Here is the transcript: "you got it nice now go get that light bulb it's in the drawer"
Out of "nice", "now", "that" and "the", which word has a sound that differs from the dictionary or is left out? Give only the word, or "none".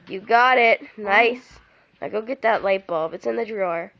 now